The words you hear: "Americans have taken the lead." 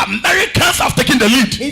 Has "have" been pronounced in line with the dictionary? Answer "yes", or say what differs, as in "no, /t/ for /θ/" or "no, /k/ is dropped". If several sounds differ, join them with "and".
no, /f/ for /v/